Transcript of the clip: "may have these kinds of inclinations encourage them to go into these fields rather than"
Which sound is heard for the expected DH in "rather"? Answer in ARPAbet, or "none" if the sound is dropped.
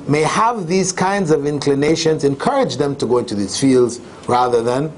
DH